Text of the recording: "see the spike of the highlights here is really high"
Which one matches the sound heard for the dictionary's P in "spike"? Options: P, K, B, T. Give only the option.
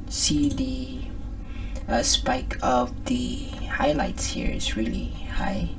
P